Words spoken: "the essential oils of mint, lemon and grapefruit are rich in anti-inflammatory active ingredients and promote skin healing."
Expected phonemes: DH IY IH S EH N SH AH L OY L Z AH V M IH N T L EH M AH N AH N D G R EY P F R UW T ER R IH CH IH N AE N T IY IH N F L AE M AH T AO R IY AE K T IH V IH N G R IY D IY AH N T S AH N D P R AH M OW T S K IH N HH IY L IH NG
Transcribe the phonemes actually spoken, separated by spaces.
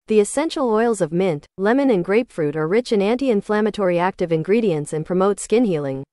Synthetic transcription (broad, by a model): DH IY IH S EH N SH L OY L Z AH V M IH N T L EH M AH N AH N G R EY P F R UW T ER R IH CH IH N AE N T IY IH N F L AE M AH T AO R IY AE K T IH V IH N G R IY D IY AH N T S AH N P R AH M OW T S K IH N HH IY L IH NG